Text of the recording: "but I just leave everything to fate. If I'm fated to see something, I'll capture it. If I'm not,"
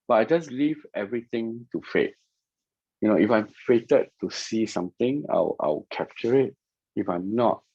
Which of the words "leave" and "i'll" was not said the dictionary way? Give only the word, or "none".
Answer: i'll